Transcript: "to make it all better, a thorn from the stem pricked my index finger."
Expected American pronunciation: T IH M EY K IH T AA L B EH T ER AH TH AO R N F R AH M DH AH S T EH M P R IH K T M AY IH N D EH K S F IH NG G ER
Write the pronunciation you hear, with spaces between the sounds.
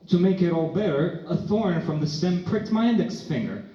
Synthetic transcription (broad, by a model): T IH M EY K IH T AA L B EH T ER AH TH AO R N F R AH M DH AH S T EH M P R IH K T M AY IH N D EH K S F IH NG G ER